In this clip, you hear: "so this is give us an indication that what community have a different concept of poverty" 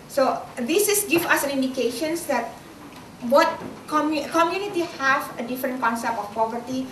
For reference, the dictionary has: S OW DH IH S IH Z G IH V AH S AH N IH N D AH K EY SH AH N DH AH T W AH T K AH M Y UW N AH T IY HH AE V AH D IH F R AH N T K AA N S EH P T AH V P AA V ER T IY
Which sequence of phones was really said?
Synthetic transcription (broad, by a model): S OW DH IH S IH S G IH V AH S AH N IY N D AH K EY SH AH N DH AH T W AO T K AH M Y UW N AH T IY HH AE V AH D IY F R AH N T K AA N S EH P T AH F P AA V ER T IY